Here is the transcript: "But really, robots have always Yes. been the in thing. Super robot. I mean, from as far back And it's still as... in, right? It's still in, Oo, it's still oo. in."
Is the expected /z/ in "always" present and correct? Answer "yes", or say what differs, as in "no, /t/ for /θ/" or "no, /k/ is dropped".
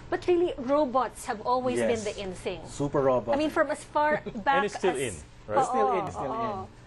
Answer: no, /z/ is dropped